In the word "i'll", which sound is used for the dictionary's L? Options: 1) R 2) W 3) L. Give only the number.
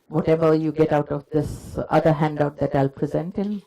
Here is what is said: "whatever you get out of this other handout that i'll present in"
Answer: 3